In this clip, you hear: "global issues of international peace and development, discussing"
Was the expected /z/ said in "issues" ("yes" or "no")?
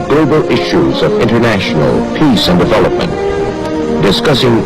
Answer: yes